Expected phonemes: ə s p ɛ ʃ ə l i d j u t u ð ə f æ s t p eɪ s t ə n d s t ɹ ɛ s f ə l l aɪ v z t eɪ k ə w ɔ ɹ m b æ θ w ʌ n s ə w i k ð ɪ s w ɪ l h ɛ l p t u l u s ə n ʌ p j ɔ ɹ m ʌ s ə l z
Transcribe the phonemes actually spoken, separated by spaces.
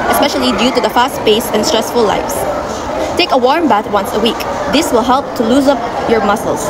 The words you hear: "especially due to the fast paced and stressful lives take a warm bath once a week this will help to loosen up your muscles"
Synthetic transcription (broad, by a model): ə s p ɛ ʃ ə l i d j u t u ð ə f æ s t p eɪ s ə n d s t ɹ ɛ s f ə l l aɪ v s t eɪ k ə w ɔ ɹ m b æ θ w ʌ n s ə w i k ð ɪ s w ɪ l h ɛ l p t u l u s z ʌ p j ɔ ɹ m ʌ s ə l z